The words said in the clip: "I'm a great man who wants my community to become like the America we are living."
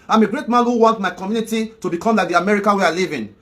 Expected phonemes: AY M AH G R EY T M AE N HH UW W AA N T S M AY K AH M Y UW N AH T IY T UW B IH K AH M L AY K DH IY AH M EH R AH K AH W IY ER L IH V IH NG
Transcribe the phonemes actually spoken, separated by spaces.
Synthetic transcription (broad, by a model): AY M AH G R EY T M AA N HH UW W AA N T M AY K AH M Y UW N AH T IY T UW B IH K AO M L AY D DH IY AH M EH R AH K AH W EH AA L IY V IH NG